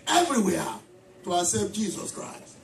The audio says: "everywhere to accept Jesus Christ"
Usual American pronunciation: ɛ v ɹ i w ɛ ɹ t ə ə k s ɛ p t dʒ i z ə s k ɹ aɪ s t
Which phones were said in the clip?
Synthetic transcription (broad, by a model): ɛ v ɹ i w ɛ t ə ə s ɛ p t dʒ i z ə s k ɹ aɪ s t